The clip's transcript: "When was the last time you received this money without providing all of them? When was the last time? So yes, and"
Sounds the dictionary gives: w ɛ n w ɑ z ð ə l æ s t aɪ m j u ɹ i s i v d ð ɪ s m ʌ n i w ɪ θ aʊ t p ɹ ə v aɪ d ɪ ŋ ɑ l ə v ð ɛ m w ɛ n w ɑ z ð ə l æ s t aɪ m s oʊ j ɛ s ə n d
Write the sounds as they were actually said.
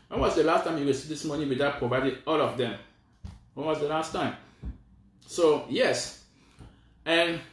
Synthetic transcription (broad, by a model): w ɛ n w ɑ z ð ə l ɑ s t aɪ m j u w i s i d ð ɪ s m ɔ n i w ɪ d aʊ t p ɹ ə v aɪ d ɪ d ɑ l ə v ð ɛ m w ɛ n w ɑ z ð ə l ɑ s t aɪ m s oʊ j ɛ s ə n